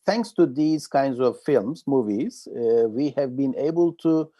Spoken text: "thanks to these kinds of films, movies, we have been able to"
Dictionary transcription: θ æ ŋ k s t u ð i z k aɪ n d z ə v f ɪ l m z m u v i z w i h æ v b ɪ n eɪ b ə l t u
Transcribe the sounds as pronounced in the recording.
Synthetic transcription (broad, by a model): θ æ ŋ k s t u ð i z k aɪ n d z ə v f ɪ l m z m u v i z w i h æ v b ɪ n eɪ b ə l t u